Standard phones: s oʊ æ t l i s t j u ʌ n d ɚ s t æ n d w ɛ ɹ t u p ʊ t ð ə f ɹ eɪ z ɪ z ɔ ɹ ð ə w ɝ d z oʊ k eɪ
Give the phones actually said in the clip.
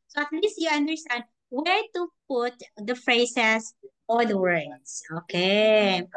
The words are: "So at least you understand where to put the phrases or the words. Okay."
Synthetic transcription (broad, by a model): s oʊ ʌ t l i s t j u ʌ n d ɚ s t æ n d w ɛ ɹ t u p ʊ t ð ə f ɹ eɪ s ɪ s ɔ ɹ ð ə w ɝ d s oʊ k eɪ